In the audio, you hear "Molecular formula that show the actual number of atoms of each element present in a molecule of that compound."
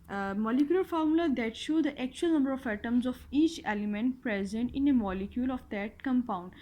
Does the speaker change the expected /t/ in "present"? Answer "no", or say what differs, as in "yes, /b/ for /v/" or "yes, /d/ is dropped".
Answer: no